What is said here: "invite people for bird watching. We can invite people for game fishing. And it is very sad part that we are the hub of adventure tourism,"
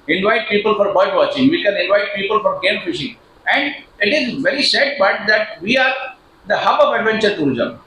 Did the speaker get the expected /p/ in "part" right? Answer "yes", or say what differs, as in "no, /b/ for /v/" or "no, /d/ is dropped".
no, /b/ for /p/